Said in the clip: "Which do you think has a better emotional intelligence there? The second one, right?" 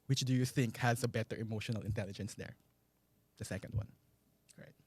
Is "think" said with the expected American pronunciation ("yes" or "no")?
yes